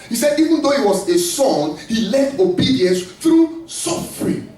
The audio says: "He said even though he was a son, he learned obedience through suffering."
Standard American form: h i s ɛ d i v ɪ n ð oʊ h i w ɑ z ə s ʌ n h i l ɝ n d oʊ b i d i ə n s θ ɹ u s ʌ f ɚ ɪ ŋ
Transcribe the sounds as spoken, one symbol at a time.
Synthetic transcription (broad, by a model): h i s ɛ d i v ɪ n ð oʊ h i w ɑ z ə s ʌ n h i l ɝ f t oʊ b i d i ə n s θ ɹ u s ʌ f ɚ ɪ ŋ